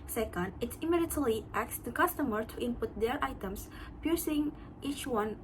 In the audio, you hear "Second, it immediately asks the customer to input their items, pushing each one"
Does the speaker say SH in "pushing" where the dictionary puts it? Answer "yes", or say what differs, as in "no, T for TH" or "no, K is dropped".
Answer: no, S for SH